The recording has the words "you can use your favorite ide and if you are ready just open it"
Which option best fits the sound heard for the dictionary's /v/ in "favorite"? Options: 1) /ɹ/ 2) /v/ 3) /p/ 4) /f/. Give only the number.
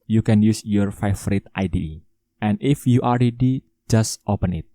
4